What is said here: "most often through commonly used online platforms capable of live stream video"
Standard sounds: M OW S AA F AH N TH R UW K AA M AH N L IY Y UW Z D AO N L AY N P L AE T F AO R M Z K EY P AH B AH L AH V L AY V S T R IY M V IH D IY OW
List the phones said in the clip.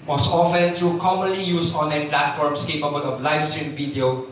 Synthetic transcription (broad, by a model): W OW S AA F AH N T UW K AA M AH N L IY Y UW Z AO N L AY N P L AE T F AO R M S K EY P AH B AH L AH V L AY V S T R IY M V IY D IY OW